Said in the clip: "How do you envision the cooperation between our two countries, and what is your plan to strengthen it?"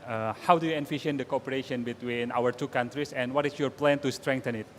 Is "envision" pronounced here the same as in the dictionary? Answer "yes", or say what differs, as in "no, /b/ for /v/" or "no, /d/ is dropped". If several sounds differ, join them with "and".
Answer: no, /f/ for /v/ and /ʃ/ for /ʒ/